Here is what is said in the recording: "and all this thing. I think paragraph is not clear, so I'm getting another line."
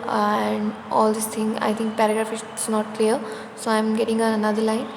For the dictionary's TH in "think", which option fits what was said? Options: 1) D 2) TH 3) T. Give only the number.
3